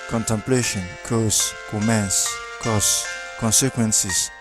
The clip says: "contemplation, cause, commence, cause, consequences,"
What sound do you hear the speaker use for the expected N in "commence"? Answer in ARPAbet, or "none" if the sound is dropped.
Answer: N